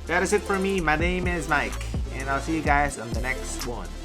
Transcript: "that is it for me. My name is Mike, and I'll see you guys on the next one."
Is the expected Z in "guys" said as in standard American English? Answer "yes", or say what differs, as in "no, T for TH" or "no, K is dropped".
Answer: yes